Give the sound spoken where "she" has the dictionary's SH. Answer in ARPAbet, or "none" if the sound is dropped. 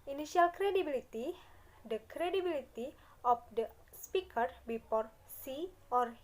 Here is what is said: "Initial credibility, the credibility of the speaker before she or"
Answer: S